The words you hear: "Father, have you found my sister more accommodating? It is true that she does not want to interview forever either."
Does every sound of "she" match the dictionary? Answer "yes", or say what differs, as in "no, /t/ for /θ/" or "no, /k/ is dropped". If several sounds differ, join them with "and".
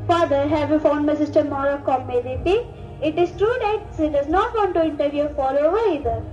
no, /s/ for /ʃ/